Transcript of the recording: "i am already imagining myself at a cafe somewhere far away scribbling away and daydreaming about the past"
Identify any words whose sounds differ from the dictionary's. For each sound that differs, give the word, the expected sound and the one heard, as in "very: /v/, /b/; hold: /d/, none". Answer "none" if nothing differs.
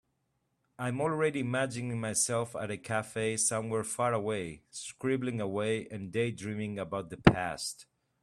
none